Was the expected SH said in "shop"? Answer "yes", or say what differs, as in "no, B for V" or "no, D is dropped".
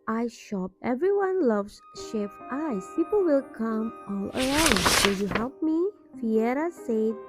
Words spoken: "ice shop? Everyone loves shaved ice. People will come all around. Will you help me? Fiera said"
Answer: yes